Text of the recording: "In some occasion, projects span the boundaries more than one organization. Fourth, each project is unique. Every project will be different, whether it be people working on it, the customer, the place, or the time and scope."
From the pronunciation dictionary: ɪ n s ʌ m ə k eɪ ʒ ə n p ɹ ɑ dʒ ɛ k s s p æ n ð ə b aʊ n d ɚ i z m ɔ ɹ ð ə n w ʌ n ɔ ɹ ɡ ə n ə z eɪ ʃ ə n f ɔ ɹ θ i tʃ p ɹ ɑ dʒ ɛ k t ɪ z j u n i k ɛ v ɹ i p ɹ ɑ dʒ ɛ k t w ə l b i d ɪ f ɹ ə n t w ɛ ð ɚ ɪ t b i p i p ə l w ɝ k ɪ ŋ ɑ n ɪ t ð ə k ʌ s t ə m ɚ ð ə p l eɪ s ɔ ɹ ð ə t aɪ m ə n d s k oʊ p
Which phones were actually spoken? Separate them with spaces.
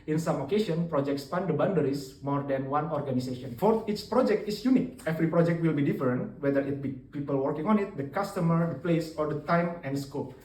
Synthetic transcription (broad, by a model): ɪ n s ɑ m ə k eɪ s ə n p ɹ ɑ dʒ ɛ k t s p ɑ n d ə b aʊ n d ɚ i s m ɔ ɹ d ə n w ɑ n ɔ ɹ ɡ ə n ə s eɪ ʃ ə n f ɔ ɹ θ i tʃ p ɹ ɑ dʒ ɛ k t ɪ s j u n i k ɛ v ɹ i p ɹ ɑ dʒ ɛ k t w ə l b i d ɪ f ɹ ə n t w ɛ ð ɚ ɪ t b i p i p ə l w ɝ k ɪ ŋ ɑ n ɪ t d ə k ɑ s t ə m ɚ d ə p l eɪ s ɔ ɹ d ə t aɪ m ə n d s k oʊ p